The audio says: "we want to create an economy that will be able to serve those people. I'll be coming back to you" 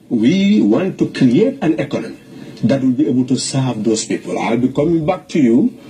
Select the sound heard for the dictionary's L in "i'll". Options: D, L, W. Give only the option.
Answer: L